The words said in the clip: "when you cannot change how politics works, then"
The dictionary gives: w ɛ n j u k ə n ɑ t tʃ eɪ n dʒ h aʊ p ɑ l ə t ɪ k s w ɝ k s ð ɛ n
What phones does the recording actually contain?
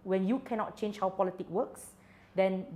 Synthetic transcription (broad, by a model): w ɛ n j u k ə n ɑ t tʃ eɪ n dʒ h aʊ p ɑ l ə t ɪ k w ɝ k s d ɛ n